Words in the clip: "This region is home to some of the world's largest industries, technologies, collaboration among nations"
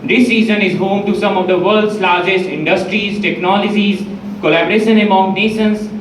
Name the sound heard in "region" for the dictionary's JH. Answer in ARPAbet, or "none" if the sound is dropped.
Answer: Z